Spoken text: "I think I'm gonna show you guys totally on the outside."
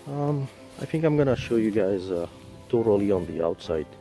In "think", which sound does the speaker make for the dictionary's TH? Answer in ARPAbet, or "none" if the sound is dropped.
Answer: TH